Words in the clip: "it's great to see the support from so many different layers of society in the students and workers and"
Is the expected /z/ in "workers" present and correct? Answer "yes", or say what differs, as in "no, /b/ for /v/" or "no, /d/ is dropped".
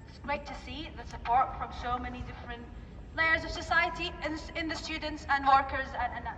yes